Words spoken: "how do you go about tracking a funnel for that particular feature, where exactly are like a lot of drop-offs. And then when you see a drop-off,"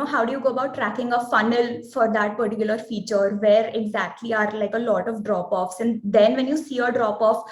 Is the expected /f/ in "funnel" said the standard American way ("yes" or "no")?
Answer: yes